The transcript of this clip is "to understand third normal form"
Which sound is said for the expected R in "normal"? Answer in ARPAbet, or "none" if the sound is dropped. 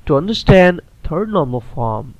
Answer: R